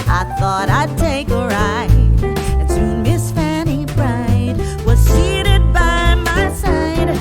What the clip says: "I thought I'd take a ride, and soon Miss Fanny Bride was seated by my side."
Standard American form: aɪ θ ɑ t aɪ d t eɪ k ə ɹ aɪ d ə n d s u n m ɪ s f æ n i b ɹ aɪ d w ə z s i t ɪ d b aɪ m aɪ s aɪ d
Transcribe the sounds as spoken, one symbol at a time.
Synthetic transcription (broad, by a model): aɪ θ ɑ t aɪ d t eɪ k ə ɹ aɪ ə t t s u m ɪ s f æ n i b ɹ aɪ d w ə z s i t ɪ d b aɪ m aɪ s aɪ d